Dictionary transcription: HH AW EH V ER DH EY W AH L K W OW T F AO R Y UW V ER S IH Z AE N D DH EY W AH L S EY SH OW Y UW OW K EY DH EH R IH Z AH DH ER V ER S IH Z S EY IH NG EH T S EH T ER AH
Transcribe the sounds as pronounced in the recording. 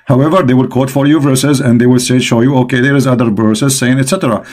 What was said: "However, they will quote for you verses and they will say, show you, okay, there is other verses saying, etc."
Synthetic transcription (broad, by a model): HH AW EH V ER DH EY W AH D K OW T F AO R Y UW V ER S IH Z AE N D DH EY W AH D S EY SH OW Y UW OW K EY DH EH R IH Z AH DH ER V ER S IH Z S EY IH NG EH T S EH T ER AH